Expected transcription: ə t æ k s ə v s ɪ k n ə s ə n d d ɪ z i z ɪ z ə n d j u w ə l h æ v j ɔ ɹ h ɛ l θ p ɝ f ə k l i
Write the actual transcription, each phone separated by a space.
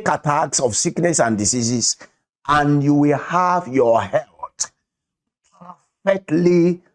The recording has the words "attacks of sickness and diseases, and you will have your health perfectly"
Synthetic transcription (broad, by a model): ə t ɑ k s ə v s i k n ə s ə n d d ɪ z i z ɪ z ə n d j u w ə l h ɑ v j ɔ h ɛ l t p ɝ f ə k l i